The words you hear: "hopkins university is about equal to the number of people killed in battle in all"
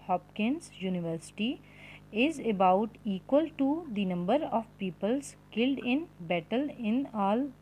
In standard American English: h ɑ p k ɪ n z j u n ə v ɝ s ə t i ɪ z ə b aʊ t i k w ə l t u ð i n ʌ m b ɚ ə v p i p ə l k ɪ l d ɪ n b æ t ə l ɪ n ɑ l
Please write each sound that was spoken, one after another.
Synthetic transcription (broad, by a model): h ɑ p k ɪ n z j u n ə v ɝ s ə t i ɪ z ə b aʊ t i k w ə l t u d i n ʌ m b ɚ ə v p i p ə l k ɪ l d ɪ n b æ t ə l ɪ n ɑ l